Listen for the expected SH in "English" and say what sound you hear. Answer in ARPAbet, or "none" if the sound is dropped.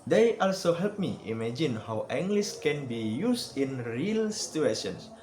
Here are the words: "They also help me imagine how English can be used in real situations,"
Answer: S